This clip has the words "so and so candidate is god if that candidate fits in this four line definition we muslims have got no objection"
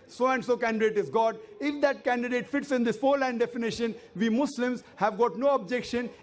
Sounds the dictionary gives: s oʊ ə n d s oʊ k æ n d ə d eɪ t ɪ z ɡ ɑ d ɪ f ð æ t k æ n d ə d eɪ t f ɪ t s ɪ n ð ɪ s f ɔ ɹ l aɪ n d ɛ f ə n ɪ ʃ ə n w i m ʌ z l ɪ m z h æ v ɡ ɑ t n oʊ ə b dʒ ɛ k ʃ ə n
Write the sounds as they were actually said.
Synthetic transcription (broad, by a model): s oʊ ə n d s oʊ k æ n d ə d eɪ t ɪ z ɡ ɑ d ɪ f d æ t k æ n d ə d eɪ t f ɪ t s ɪ n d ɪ s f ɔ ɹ l aɪ n d ɛ f ə n ɪ ʃ ə n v i m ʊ s l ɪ m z h æ v ɡ ɑ t n oʊ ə b dʒ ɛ k ʃ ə n